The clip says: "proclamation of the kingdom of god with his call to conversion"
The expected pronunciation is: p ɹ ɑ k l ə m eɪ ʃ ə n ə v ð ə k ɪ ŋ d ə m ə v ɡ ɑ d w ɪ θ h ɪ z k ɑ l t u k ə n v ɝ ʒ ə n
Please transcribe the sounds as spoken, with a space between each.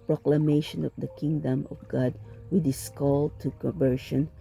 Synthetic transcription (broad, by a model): p ɹ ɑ k l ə m eɪ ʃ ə n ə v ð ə k ɪ ŋ d ə m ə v ɡ ɑ d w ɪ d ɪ s k ɑ l t u k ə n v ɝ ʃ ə n